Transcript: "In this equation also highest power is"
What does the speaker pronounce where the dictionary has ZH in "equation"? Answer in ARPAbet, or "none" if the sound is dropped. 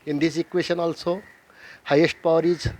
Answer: SH